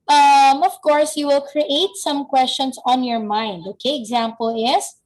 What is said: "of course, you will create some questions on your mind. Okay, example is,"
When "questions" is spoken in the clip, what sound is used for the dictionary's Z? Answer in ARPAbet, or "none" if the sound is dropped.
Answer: S